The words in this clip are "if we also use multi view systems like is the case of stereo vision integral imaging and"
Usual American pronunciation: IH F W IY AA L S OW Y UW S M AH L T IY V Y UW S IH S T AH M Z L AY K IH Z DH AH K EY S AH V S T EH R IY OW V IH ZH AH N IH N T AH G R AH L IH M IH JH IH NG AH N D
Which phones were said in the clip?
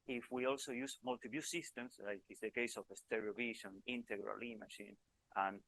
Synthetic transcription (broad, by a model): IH F W IY AA L S OW Y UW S M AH L T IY B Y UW S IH S T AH M S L AY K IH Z DH AH K EY S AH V S T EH R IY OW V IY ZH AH N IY N T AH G R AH L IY M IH SH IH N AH N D